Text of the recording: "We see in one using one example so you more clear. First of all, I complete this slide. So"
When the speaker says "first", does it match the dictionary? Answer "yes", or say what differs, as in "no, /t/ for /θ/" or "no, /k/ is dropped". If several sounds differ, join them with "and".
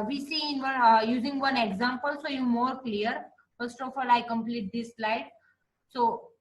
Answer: yes